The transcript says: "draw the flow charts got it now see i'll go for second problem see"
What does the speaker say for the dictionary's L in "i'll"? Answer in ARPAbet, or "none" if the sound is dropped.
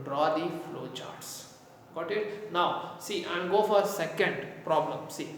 N